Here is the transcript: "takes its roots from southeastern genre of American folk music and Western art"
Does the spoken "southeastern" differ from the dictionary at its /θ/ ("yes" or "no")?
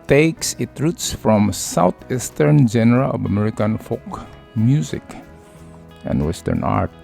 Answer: yes